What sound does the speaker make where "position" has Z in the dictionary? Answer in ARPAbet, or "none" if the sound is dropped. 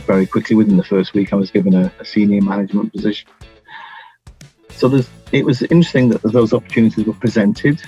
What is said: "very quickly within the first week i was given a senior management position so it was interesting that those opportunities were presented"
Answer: Z